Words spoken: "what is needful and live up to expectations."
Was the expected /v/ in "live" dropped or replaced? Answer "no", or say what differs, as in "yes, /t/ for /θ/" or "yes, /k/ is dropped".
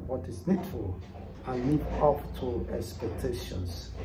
yes, /v/ is dropped